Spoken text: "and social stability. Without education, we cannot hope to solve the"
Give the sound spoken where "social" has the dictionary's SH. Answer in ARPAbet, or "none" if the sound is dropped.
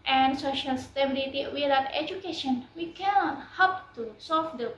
SH